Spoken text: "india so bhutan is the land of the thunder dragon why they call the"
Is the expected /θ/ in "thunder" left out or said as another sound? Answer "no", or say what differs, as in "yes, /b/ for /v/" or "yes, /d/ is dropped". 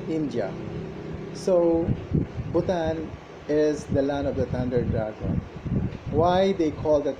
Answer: yes, /t/ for /θ/